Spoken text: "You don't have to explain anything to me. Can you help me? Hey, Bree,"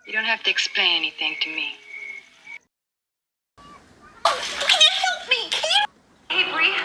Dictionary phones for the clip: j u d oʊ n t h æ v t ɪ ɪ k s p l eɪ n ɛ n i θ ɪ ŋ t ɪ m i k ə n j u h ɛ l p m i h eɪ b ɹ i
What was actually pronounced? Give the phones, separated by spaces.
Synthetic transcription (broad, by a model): j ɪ d oʊ n t h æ f t ɪ ɪ k s p l eɪ n ɛ n i θ ɪ ŋ t ɪ m i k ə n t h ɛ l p m i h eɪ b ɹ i